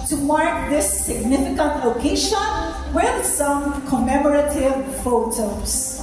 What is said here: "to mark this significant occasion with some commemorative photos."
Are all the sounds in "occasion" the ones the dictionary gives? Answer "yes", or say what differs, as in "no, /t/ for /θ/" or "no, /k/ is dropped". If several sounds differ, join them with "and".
no, /ʃ/ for /ʒ/